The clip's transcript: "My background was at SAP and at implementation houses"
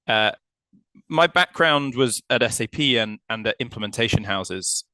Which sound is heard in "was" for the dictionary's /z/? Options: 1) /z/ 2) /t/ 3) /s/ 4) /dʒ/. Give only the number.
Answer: 1